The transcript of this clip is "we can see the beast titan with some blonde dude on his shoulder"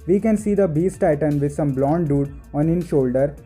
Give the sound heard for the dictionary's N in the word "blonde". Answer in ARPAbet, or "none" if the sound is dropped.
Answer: N